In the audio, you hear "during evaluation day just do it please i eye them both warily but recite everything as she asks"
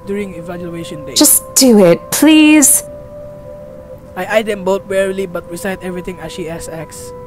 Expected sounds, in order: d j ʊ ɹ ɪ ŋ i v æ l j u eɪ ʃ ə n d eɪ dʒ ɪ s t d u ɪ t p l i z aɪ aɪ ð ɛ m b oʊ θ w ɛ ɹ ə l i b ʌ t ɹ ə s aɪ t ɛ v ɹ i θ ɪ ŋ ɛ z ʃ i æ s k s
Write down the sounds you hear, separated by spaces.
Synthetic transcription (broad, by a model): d j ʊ ɹ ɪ ŋ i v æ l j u eɪ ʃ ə n d eɪ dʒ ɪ s d u ɪ t p l i z aɪ aɪ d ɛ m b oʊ t w ɛ ɹ ə l i b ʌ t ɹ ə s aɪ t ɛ v ɹ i t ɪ ŋ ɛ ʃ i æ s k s